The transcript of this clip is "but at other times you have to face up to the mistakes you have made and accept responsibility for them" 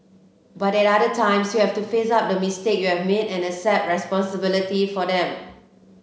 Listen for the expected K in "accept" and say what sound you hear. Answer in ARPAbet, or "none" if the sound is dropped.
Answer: none